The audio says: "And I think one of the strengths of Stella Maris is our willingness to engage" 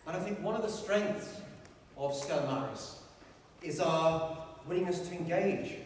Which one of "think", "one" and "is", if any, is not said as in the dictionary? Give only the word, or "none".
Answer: none